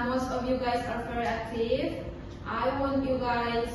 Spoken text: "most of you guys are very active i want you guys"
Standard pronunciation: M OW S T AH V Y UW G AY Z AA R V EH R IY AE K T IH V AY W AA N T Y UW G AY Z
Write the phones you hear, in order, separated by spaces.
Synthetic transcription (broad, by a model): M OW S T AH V Y UW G AY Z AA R F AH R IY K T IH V AY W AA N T Y UW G AY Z